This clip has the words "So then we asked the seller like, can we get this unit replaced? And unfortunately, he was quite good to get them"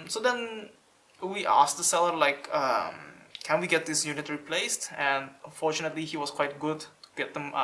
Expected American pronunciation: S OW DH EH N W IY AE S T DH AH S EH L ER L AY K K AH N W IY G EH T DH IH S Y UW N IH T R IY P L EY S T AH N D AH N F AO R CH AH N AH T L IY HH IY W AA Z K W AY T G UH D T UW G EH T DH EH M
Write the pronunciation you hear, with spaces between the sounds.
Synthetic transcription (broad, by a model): S OW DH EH N W IY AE S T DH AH S EH L ER L AY K K AH N W IY G EH T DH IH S Y UW N IH T R IY P L EY S T AH N D AH N F AO R CH AH N AH T L IY HH IY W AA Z K W AY T G UH D T UW G EH T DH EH M